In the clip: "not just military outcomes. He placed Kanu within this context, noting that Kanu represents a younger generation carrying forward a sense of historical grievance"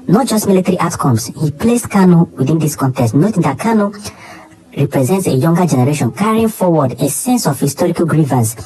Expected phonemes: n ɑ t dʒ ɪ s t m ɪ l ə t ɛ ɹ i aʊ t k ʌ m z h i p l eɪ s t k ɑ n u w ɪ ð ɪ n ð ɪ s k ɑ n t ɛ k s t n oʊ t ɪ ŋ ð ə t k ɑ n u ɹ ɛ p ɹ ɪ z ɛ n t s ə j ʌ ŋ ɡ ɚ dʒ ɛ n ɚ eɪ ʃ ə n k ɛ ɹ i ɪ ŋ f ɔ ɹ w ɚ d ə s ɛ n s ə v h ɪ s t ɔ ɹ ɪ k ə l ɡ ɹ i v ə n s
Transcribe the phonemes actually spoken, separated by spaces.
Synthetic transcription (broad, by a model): n ɑ t dʒ ɪ s t m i l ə t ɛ ɹ i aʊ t k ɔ m s h i p l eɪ s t k ɑ n u w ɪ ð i n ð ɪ s k ɑ n t ɛ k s t n oʊ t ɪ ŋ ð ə t k ɑ n u ɹ ɛ p ɹ ɪ z ɛ n t s ə j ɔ ŋ ɡ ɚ dʒ ɛ n ɚ eɪ ʃ ə n k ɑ ɹ i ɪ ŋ f ɔ w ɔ d ə s ɛ n s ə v h ɪ s t ɔ ɹ ɪ k ə l ɡ ɹ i v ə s